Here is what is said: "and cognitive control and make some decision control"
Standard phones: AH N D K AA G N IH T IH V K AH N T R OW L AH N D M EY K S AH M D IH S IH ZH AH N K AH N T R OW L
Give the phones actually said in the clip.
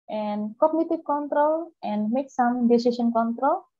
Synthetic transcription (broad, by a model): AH N D K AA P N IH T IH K K AH N T R OW L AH N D M EY K S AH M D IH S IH SH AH N K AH N T R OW L